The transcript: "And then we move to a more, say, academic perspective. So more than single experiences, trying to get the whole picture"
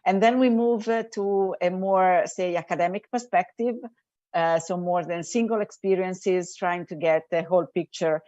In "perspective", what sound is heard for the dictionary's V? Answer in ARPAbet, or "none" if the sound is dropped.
V